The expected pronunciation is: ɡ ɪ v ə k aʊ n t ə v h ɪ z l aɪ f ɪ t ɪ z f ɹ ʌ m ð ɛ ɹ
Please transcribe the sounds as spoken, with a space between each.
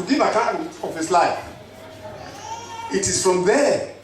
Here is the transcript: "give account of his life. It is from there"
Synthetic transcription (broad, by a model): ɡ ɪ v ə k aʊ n ə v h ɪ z l aɪ f ɪ t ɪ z f ɹ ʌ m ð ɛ